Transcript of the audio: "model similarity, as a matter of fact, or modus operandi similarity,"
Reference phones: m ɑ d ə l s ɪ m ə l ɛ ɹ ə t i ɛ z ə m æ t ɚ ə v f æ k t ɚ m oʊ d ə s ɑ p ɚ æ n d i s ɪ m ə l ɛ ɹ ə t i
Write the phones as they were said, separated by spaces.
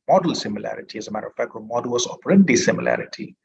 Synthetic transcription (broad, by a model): m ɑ d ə l s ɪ m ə l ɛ ɹ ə t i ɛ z ə m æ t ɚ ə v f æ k ɚ m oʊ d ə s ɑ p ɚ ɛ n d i s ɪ m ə l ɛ ɹ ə t i